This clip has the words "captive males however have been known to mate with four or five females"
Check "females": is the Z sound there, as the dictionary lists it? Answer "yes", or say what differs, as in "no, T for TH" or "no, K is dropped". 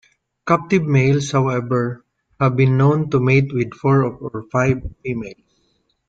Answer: no, S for Z